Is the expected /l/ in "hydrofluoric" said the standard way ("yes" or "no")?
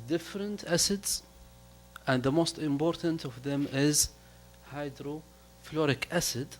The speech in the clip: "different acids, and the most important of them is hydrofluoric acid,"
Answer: yes